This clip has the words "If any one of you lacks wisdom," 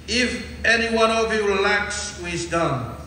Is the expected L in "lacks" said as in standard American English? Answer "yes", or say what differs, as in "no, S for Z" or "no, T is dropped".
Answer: yes